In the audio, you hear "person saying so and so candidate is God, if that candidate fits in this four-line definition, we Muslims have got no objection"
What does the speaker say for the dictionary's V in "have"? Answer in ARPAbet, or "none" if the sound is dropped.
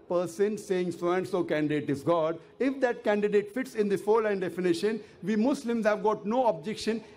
V